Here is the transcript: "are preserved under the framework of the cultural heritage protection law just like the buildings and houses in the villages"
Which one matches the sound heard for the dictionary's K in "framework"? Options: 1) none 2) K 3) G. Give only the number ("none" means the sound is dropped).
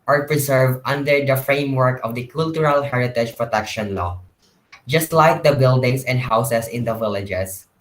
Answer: 2